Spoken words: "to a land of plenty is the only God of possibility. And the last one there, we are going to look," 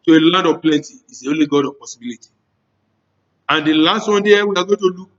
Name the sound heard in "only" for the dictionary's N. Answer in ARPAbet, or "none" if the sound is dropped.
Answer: none